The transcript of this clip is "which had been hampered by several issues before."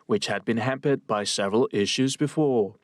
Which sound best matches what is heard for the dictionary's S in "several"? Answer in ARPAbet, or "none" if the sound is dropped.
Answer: S